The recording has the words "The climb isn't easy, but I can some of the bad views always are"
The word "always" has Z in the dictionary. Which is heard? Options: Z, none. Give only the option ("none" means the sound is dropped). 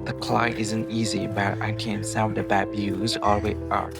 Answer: none